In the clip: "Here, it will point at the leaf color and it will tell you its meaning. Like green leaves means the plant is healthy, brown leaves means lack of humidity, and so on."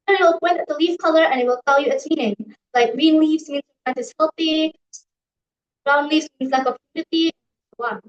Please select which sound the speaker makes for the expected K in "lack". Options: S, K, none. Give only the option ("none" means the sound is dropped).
none